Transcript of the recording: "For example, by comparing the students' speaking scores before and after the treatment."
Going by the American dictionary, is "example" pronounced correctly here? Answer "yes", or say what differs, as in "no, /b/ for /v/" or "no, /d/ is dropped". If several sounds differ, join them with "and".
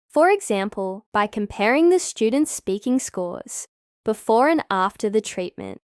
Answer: yes